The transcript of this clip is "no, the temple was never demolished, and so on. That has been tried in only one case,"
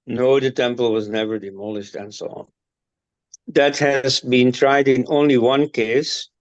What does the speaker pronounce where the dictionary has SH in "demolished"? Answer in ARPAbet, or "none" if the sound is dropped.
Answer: SH